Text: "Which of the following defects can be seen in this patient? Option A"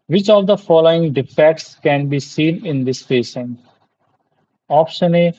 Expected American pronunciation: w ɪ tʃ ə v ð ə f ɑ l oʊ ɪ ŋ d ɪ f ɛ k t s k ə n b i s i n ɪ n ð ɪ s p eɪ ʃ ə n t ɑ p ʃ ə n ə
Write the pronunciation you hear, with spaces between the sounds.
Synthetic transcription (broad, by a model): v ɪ tʃ ə v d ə f ɑ l oʊ ɪ ŋ d ɪ f ɛ k t s k ə n b i s i n ɪ n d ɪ s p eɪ s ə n ɑ p ʃ ə n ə